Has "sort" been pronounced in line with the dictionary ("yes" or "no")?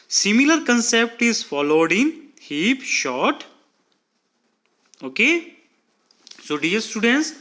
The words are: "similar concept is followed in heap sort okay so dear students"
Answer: no